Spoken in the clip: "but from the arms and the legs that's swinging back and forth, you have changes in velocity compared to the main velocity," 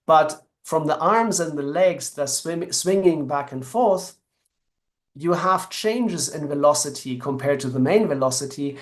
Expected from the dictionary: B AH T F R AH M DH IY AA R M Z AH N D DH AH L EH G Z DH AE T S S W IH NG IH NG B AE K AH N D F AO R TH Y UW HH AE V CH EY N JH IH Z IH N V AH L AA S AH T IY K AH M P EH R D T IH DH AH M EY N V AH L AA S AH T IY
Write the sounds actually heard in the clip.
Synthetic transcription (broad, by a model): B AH T F R AH M DH IY AA R M Z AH N DH AH L EH G Z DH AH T S S W IH NG IH NG B AE K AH N F AO R TH Y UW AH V CH EY N JH IH Z IH N V AH L AA S AH T IY K AH M P EH R D T IH DH AH M EY N V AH L AA S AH T IY